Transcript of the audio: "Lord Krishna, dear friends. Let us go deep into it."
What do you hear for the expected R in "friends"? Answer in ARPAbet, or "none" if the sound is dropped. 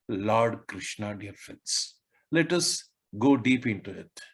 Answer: none